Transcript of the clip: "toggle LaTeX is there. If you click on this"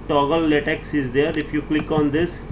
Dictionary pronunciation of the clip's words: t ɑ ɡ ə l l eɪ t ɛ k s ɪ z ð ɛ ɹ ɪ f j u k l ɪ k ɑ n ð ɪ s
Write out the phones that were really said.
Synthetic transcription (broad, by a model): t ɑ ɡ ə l l eɪ t ɛ k s ɪ z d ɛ ɹ ɪ f j u k l ɪ k ɑ n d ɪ s